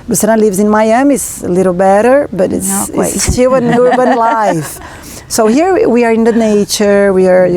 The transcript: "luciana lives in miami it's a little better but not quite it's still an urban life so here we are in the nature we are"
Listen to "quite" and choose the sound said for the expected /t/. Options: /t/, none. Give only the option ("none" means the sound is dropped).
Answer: none